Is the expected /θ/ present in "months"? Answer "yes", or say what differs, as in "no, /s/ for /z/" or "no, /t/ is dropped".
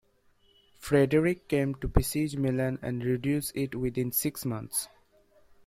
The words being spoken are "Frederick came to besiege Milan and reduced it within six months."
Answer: no, /t/ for /θ/